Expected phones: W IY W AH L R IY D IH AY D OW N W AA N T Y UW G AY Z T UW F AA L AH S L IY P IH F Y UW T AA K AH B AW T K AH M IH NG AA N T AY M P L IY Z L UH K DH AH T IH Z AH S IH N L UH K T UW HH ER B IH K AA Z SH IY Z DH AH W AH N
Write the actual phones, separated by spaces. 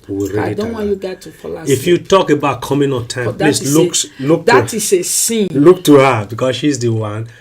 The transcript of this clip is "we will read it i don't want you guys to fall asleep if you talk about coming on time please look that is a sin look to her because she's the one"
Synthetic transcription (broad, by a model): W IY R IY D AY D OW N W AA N Y UW G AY T UW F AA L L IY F Y UW T AA K AH B AW T K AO M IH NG AA N T AY M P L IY S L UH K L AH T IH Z AH S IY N L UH K T UW HH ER B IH K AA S SH IY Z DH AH W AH N